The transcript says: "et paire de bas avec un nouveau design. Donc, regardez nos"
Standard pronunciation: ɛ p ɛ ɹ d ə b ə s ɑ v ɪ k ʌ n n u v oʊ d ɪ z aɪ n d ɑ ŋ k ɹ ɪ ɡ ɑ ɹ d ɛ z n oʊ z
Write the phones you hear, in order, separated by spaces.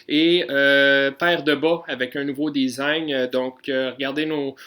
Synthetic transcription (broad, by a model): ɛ p ɛ ɹ d ə b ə ɑ v ɪ k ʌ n n u v oʊ d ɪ z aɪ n d ɑ k ɹ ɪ ɡ ɑ ɹ d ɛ n oʊ